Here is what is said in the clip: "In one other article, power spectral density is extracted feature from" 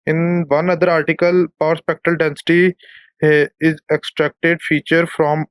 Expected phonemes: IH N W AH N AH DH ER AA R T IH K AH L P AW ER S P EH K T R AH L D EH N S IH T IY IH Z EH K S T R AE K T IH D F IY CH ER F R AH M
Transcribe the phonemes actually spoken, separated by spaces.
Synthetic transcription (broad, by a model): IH N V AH N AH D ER AA R T IH K AH L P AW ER S P EH K T R AH L D EH N S IH T IY IH Z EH K S T R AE K T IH D F IY CH ER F R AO M